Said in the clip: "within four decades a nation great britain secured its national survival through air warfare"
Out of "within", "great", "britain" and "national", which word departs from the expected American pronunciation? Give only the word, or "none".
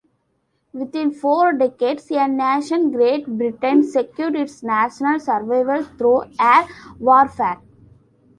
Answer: within